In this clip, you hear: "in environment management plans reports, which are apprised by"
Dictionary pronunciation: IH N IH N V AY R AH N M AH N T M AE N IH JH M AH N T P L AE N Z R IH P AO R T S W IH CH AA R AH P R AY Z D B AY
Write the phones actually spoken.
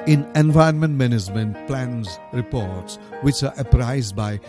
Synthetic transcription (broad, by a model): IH N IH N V AY AH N M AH N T M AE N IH JH M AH N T P L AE N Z R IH P AO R T S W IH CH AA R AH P R AY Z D B AY